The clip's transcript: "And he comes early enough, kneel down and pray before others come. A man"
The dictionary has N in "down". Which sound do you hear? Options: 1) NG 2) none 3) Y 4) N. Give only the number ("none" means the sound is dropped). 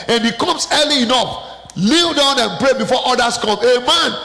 4